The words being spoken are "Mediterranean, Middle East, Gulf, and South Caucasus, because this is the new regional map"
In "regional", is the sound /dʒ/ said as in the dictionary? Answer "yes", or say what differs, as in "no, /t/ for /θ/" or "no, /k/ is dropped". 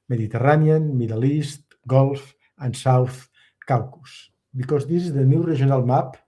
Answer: no, /ʒ/ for /dʒ/